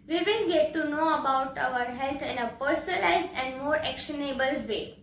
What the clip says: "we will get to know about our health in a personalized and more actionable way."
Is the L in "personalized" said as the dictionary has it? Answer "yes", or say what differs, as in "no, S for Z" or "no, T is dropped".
yes